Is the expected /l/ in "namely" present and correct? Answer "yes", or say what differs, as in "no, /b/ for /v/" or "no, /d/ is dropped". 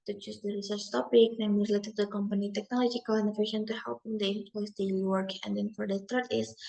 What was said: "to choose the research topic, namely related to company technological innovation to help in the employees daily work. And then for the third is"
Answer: no, /l/ is dropped